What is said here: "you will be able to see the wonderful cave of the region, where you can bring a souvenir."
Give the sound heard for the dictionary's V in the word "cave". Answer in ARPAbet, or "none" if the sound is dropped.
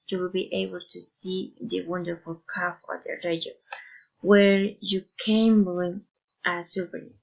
F